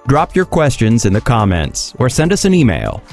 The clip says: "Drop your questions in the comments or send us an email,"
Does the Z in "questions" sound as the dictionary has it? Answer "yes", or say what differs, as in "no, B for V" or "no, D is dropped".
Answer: yes